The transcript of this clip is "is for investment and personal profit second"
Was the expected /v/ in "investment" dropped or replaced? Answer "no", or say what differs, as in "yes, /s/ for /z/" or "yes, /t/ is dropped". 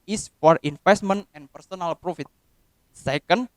yes, /f/ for /v/